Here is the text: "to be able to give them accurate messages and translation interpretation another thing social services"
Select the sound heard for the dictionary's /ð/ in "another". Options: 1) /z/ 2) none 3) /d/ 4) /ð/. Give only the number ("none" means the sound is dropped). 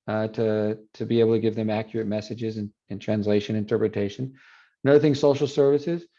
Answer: 2